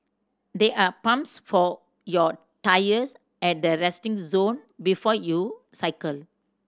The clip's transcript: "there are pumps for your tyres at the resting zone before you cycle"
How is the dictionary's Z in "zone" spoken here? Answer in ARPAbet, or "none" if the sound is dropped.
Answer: Z